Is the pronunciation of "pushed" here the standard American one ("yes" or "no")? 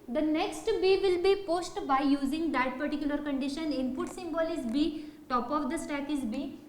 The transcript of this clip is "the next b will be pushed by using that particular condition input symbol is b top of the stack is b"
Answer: no